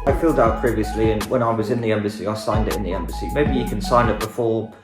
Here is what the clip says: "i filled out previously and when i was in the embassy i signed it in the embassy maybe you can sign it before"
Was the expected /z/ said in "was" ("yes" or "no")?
yes